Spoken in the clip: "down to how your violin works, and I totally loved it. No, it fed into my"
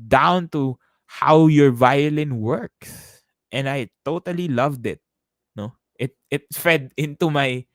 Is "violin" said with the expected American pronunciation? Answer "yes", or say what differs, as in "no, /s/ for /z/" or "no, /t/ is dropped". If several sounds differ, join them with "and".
yes